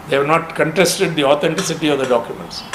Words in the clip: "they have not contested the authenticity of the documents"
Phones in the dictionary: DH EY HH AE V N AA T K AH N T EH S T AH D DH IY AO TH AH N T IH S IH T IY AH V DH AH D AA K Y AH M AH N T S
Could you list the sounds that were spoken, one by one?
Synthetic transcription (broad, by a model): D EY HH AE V N AA T K AH N T EH S T AH D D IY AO T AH N T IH S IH T IY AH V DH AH D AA K Y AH M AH N T S